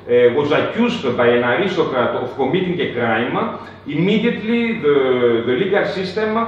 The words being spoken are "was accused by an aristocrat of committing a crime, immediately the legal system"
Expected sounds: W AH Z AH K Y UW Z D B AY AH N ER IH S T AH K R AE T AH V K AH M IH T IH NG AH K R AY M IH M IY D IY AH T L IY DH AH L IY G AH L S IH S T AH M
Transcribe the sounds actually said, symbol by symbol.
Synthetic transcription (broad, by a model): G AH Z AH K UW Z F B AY AH N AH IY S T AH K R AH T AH F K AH M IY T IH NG AH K R AY M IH M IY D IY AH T L IY DH AH L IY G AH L S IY S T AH M